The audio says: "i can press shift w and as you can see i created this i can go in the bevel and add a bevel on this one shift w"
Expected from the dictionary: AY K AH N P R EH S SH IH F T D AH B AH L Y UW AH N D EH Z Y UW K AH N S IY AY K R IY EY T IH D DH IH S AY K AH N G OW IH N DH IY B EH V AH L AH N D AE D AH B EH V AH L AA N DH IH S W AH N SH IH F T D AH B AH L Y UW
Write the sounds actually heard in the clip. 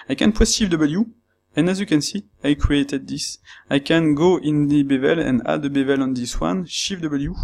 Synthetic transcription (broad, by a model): AY K AH N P EH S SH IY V D AH B AH L Y UW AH N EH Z Y UW K AH N S IY AY K R IY EY T IH D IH S AY K AH N G OW IH N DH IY B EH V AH L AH N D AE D AH B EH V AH L AA N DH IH S W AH N SH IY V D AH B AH L Y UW